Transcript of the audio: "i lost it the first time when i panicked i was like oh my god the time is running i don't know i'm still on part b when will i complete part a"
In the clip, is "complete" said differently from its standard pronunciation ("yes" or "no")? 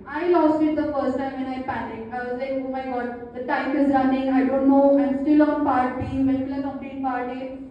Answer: yes